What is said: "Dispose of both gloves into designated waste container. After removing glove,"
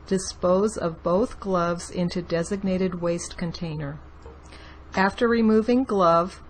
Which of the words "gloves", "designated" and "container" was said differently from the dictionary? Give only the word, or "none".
none